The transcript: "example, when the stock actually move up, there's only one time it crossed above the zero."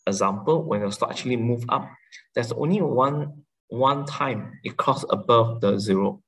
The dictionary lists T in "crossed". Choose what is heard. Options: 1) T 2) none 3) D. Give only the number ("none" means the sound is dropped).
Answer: 2